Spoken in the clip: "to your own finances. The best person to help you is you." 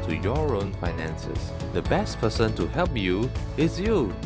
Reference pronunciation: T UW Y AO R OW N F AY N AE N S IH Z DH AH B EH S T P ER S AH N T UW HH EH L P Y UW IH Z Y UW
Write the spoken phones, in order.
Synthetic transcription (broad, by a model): T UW Y AO R OW N F AY N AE N S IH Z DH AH B EH S T P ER S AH N T UW HH EH L P Y UW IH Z Y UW